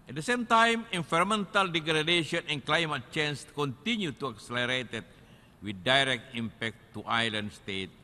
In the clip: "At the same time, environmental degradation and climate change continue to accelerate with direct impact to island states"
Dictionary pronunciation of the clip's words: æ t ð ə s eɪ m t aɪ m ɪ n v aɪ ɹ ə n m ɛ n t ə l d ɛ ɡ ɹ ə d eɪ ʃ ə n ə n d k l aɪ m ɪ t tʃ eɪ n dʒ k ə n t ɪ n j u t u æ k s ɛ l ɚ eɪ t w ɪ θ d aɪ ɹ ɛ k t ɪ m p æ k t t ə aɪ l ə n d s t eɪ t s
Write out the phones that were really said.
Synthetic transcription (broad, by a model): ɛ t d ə s eɪ m t aɪ m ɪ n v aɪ ɹ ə m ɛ n t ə l d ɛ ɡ ɹ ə d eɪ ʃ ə n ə n k l aɪ m ɪ t tʃ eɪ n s k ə n t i n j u t u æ k s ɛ l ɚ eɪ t w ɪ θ d aɪ ɹ ɛ k t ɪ m p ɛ k t t aɪ l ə n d s t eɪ t